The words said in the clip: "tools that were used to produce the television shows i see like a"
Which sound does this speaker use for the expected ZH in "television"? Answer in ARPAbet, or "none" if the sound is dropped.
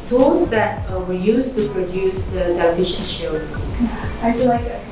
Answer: SH